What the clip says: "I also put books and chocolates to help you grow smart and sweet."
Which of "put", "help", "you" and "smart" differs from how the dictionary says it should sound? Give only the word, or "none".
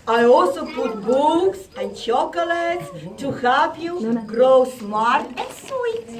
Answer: help